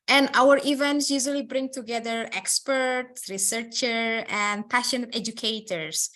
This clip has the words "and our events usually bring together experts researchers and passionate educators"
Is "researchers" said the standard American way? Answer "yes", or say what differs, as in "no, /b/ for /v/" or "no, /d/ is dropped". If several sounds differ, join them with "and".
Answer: no, /z/ is dropped